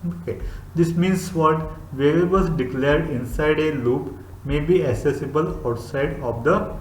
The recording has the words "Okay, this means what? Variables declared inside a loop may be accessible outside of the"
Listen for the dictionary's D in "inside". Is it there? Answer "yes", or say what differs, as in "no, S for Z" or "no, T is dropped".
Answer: yes